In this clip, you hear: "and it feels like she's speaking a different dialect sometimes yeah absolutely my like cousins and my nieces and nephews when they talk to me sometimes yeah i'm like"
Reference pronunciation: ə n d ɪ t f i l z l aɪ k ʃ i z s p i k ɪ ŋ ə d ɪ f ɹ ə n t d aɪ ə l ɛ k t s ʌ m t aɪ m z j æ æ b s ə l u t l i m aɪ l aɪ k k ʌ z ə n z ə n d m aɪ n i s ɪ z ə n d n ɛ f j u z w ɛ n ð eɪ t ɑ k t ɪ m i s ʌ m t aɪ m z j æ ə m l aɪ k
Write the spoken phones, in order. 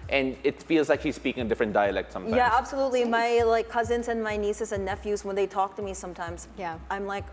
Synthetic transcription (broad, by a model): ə n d ɪ t f i l z l aɪ k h i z s p i k ɪ ŋ ə d ɪ f ɹ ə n d aɪ ə l ɛ k t s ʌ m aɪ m j æ æ b s ə l u t l i m aɪ l aɪ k k ʌ z ə n z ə n m aɪ n i s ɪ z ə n n ɛ f j u z w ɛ n ð eɪ t ɑ k t ɪ m i s ʌ m t aɪ m z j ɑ ə m l aɪ k